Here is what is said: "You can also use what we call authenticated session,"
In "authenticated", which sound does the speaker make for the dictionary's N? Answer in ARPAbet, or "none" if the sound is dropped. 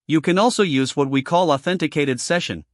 N